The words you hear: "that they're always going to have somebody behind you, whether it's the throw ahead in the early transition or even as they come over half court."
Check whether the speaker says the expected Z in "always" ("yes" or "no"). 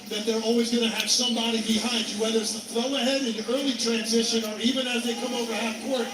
yes